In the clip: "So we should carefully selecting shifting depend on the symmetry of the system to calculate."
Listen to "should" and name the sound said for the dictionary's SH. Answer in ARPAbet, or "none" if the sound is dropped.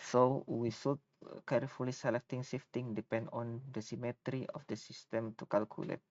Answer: S